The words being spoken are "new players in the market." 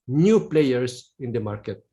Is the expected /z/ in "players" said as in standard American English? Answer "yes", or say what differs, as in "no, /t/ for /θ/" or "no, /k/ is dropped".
no, /s/ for /z/